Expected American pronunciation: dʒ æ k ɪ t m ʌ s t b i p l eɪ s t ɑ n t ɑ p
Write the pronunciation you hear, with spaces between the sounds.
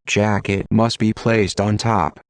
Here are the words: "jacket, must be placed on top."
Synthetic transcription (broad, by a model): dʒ æ k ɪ t m ʌ s t b i p l eɪ s t n t ɑ p